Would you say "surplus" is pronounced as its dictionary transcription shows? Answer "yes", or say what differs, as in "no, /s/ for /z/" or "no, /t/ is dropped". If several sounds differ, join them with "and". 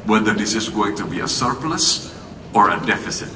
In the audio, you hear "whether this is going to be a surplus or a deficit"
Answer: yes